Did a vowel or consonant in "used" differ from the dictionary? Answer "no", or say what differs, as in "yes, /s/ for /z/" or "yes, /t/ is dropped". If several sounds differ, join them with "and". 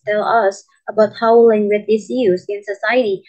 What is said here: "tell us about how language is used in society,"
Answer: yes, /d/ is dropped